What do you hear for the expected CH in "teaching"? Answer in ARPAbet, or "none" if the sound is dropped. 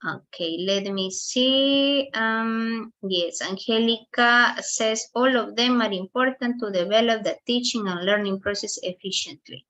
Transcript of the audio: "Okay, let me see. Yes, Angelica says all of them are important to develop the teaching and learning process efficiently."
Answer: CH